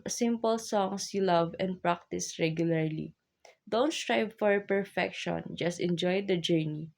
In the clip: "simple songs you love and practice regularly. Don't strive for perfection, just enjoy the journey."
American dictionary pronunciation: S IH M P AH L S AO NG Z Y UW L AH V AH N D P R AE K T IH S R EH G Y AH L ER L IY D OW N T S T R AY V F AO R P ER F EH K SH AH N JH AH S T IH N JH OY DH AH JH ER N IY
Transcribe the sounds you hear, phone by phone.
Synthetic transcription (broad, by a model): S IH M P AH L S AO NG S Y UW L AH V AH N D P R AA K T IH S R EH G Y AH L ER L IY D OW N T S T R AY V F AO R P ER F EH K SH AH N JH AH S T IH N JH OY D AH JH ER N IY